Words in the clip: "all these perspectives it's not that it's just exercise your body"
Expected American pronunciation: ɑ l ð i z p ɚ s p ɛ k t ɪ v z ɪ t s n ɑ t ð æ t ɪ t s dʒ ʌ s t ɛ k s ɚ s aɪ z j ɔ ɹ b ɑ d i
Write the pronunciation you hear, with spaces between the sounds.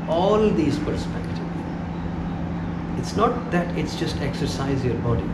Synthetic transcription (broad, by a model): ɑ l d i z p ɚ s p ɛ k t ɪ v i ɪ t s n ɑ t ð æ t ɪ t s dʒ ʌ s t ɛ k s ɚ s aɪ z j ɔ ɹ b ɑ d i